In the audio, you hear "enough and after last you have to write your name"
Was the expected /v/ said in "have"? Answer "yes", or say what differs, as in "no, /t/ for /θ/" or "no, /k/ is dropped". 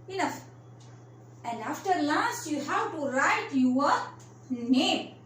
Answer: no, /w/ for /v/